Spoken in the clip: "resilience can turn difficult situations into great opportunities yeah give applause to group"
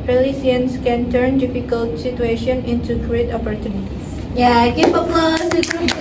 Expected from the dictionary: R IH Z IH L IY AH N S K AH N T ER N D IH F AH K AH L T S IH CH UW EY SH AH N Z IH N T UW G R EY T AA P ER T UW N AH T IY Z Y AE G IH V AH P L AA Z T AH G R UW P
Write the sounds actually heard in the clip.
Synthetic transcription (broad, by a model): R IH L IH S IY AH N S K AH N T ER N D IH F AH K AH L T S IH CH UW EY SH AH N IH N T UW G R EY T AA P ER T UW N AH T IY S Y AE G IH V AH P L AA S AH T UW